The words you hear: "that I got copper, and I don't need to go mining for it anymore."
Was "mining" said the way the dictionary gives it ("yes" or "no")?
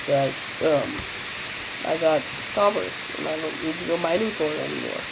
no